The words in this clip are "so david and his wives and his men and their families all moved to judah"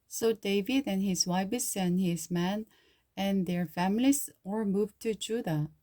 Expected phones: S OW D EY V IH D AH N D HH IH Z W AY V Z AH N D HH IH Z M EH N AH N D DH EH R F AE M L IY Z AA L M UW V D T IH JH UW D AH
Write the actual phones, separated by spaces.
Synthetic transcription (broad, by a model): S OW D EY V IH D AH N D HH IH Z W AY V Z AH N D HH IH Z M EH N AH N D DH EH R F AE M L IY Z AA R M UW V T IH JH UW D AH